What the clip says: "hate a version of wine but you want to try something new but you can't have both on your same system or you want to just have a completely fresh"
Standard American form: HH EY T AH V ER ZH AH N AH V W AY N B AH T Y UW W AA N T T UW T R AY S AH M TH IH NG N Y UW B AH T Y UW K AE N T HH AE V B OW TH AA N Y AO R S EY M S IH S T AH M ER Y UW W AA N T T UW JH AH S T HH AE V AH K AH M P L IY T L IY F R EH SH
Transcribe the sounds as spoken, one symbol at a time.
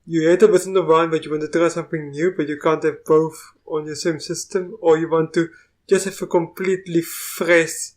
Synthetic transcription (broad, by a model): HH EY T AH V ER S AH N AH V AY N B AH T Y UW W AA N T T UW T R AY S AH M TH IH NG N Y UW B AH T Y UW K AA N T HH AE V B OW TH AA N Y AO S EY M S IH S T AH M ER Y UW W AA N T T UW JH AH S T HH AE F AH K AH M P L IY T L IY F R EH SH